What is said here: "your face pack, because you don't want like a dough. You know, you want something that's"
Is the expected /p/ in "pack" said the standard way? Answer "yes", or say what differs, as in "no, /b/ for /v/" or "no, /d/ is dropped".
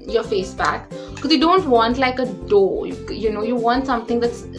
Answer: no, /b/ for /p/